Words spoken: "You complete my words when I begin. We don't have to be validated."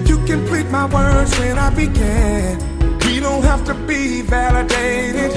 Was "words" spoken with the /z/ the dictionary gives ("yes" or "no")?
yes